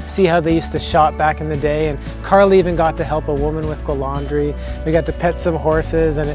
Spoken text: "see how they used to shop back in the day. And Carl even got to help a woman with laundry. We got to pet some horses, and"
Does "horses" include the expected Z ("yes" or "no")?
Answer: yes